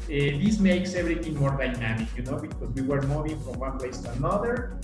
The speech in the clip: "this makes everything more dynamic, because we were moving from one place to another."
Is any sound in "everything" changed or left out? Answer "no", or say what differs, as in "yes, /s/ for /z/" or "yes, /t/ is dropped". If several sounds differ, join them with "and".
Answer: yes, /b/ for /v/